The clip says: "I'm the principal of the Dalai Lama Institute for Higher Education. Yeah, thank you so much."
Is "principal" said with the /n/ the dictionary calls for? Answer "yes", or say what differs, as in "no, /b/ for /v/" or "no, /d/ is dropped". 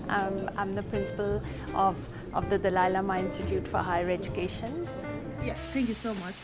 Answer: yes